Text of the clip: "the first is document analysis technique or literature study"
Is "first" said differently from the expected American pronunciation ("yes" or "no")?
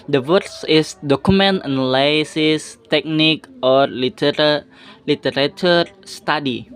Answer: yes